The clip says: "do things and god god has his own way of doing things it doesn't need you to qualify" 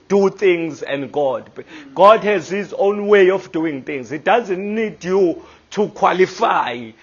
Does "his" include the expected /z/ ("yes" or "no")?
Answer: yes